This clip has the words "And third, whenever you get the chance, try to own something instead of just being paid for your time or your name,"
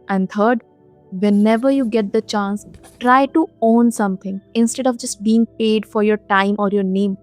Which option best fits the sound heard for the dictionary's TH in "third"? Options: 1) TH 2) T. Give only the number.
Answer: 2